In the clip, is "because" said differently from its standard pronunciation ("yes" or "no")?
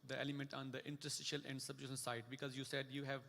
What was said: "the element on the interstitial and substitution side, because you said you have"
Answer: no